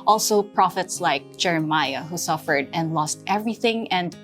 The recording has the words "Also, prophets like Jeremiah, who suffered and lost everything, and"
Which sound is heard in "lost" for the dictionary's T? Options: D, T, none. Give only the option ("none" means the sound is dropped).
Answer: T